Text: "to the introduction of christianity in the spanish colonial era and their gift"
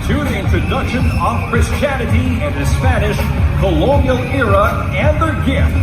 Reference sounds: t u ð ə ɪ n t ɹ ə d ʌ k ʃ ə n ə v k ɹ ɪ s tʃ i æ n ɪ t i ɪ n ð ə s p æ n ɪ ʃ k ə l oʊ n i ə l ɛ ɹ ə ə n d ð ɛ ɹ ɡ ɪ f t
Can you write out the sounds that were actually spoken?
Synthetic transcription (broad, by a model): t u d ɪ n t ə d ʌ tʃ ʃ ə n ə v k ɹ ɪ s tʃ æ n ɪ t i ɪ n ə s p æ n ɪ ʃ k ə l oʊ n i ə l ɛ ɹ ə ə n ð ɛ ɹ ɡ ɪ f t